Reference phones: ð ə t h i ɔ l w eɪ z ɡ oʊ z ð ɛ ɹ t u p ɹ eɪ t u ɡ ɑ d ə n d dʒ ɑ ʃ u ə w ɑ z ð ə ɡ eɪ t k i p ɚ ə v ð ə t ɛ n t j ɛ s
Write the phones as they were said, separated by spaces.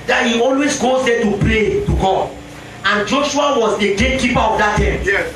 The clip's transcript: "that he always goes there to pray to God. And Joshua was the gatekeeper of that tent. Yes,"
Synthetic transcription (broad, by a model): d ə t h i ɔ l w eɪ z ɡ oʊ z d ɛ t u p l eɪ t u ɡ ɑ ə n dʒ ɑ ʃ u ə w ɑ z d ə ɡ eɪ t k i p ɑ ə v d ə t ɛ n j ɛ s